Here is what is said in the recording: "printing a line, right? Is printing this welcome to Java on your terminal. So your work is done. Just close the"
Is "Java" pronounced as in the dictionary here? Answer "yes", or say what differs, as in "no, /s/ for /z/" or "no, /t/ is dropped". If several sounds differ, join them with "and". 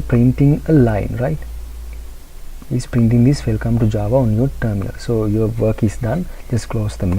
yes